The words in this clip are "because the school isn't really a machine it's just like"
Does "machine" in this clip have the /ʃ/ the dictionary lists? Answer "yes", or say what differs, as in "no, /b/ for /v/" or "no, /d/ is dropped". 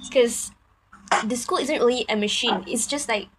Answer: yes